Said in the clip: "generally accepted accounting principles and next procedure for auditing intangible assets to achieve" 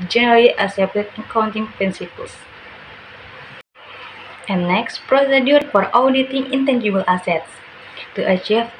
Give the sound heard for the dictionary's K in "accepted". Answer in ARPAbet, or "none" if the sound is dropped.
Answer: none